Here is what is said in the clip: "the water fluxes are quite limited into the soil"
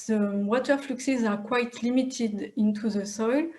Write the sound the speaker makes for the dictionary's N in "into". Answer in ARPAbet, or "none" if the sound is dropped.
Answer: N